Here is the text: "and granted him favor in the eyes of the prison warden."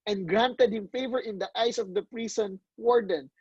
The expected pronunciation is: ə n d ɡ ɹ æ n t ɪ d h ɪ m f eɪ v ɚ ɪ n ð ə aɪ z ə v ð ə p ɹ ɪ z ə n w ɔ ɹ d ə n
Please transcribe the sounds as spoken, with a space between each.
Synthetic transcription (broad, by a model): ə n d ɡ ɹ æ n t ɪ d h ɪ m f eɪ v ɚ ɪ n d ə aɪ s ə v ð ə p ɹ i s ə n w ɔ ɹ d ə n